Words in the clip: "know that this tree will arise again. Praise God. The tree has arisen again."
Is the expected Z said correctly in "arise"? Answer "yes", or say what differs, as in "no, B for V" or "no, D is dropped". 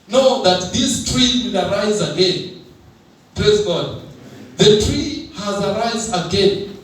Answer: yes